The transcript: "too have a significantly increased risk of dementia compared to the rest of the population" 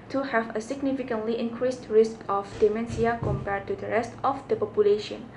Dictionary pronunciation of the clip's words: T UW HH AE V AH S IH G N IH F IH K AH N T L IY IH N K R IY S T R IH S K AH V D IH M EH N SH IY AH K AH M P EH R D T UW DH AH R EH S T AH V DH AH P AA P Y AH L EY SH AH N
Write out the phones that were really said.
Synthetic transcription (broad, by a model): T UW HH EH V AH S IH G N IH F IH K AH N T L IY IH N K R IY S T R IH S K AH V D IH M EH N S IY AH K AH M P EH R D T UW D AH R EH S T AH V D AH P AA P Y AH L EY SH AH N